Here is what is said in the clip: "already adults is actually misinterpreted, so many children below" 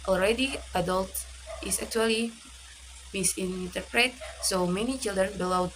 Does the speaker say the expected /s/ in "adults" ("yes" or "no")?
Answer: no